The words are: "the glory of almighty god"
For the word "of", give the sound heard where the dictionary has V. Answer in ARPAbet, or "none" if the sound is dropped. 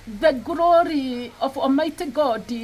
F